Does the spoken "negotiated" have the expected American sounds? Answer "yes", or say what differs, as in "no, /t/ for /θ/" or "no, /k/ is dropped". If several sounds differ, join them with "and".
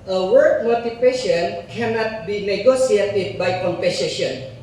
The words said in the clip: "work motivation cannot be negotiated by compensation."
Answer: no, /s/ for /ʃ/